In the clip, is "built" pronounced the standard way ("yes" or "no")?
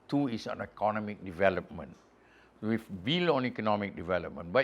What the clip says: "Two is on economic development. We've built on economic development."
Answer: no